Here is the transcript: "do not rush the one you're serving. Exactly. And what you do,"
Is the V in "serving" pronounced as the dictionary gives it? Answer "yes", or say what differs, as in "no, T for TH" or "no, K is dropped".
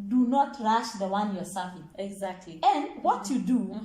no, F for V